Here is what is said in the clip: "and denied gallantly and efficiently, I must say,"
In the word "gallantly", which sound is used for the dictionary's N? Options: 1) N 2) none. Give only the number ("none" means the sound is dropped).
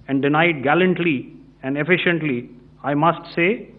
1